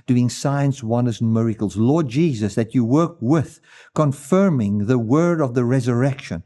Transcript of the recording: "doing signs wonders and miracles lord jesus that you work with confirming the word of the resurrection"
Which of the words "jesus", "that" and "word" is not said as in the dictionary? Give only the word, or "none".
none